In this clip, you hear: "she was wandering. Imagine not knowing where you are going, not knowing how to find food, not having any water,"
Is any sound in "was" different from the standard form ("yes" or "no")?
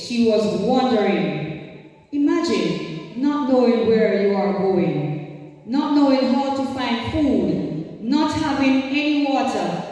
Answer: no